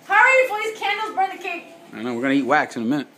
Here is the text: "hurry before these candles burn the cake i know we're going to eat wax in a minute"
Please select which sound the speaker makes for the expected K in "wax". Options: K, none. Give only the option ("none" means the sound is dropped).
K